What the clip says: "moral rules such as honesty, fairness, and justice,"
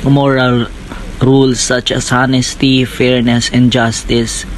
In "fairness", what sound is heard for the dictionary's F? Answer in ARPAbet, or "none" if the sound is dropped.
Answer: F